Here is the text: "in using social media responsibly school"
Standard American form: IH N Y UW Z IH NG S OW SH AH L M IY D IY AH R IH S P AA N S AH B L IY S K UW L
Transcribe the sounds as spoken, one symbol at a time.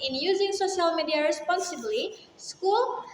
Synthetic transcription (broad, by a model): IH N Y UW Z IH NG S OW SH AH L M IY D IY AH R IH S P AA N S AH B L IY S K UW L